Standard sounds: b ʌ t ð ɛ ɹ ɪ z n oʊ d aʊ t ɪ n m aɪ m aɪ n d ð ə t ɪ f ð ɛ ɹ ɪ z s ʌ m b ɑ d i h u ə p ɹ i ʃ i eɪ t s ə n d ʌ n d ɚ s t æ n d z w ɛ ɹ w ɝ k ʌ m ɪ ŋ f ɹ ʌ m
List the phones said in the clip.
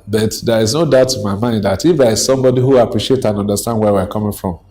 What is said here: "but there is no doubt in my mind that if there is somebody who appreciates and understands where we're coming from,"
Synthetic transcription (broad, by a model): b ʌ t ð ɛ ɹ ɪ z n oʊ d aʊ t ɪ m aɪ m aɪ n d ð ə t ɪ f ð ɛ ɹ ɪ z s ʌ m b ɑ d i h u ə p ɹ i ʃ i eɪ t ə n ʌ n d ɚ s t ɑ n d w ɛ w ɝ k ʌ m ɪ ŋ f ɹ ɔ m